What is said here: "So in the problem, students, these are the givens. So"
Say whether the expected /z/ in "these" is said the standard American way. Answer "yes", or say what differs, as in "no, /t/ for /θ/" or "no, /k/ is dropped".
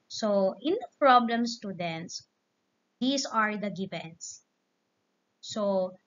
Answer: no, /s/ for /z/